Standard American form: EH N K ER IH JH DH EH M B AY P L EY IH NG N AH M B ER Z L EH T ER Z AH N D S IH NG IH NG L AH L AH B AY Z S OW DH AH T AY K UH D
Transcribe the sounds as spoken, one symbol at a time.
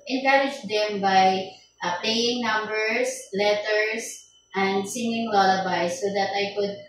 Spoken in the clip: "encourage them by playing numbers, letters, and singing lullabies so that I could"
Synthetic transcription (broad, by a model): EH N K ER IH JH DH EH M B AY P L EY IH NG N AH M B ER S L EH T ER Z AH N D S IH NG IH NG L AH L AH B AY S OW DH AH T AY K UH D